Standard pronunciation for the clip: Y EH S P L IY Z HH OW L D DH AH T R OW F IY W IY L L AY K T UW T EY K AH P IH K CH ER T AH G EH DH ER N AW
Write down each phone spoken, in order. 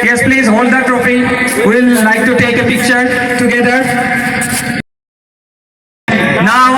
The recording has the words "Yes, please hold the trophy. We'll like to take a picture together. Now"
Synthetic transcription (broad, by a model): Y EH S P L IY Z HH OW L D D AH T R OW F IY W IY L L AY K T UW T EY K AH P IH K CH ER T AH G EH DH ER N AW